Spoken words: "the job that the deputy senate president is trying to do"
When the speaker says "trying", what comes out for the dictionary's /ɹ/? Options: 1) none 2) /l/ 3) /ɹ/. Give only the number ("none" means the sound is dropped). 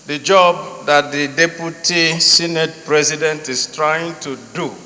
3